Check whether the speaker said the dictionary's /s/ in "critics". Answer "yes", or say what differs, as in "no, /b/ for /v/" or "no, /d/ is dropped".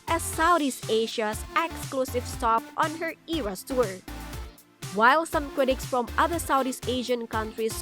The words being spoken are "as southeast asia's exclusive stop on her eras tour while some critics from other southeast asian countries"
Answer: yes